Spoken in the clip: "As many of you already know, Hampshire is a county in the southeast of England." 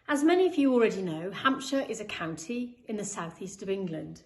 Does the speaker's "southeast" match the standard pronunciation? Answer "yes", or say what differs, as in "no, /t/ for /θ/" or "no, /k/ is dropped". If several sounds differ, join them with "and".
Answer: yes